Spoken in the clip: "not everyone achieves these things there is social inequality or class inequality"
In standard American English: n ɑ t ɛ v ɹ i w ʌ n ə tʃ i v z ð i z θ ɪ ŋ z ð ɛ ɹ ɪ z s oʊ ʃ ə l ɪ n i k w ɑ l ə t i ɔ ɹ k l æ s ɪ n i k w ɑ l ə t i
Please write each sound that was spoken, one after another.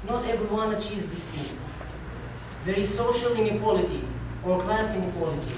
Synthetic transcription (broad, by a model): n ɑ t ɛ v ɹ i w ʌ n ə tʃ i z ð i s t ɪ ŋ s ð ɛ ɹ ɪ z s oʊ ʃ ə l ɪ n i k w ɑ l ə t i ɔ ɹ k l æ s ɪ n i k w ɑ l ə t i